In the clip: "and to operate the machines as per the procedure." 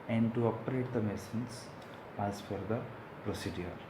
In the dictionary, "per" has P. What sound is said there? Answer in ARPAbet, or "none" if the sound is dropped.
F